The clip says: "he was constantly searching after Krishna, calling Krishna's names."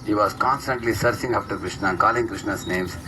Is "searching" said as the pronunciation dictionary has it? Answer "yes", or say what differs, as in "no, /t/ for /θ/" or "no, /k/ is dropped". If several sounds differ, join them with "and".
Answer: no, /s/ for /tʃ/